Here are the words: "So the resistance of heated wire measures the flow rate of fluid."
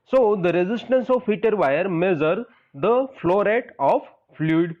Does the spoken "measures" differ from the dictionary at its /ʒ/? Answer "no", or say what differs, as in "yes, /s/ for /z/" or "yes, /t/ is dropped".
yes, /z/ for /ʒ/